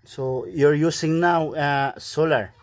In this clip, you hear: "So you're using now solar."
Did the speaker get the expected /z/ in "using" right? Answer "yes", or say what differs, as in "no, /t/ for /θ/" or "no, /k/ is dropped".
no, /s/ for /z/